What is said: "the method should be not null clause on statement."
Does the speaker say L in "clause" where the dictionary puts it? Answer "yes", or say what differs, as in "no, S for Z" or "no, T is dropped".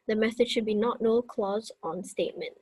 yes